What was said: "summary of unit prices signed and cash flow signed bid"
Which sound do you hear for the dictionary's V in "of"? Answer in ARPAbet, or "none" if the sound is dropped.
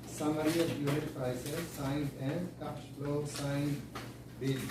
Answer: P